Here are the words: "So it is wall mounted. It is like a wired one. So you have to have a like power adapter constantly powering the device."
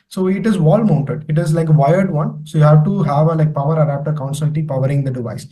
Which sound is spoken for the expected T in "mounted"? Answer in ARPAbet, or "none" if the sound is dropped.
T